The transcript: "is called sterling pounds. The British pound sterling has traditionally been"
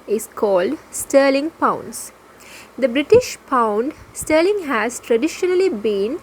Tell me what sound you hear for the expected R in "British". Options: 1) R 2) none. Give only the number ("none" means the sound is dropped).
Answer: 1